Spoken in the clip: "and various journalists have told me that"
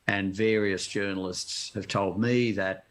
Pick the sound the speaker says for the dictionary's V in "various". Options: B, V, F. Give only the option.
V